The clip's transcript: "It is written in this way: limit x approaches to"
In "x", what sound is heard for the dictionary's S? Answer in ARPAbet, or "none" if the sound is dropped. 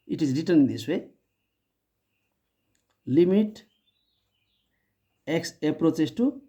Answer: S